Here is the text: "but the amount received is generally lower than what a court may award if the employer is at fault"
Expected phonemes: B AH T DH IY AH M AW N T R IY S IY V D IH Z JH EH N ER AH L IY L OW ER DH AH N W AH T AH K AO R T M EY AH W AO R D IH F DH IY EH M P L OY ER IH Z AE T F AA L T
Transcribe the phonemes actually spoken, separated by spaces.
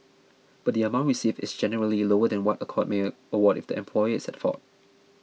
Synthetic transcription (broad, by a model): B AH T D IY AH M AW N T R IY S IY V IH S JH EH N ER AH L IY L OW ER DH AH N W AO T AH K AO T M EY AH W AO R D IH F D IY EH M P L OY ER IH S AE T F AA T